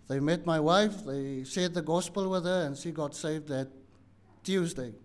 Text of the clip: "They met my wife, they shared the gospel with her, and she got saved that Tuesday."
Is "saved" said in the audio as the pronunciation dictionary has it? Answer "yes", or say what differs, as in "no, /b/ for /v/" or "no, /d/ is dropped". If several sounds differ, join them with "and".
yes